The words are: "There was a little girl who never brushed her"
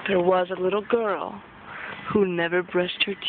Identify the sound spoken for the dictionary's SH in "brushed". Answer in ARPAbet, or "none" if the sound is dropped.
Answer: S